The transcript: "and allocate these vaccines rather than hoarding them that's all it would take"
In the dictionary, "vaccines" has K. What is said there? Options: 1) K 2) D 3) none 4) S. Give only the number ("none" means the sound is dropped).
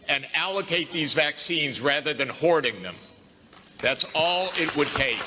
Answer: 1